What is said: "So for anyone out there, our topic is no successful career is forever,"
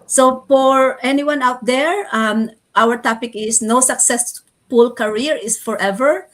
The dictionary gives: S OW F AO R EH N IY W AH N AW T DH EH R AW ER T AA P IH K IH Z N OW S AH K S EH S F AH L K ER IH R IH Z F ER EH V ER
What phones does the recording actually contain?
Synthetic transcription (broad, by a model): S OW F AO R EH N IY W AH N AW T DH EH R AW ER T AA P IH K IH S N OW S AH K S EH S P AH L K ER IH R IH S F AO EH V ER